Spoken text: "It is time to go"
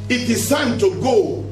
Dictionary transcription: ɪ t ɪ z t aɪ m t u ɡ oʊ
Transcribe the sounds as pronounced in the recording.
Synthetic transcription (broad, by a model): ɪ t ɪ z s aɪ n t u ɡ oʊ